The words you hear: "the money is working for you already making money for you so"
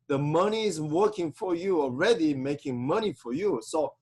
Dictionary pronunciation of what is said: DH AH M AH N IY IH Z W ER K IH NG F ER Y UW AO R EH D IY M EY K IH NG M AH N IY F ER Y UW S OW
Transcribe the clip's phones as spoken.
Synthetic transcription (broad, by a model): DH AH M AH N IY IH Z W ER K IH NG F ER Y UW AO R EH D IY M EY K IH NG M AH N IY F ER Y UW S OW